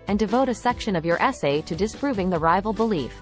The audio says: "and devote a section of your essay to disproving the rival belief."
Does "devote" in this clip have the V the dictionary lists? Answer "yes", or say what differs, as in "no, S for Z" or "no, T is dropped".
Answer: yes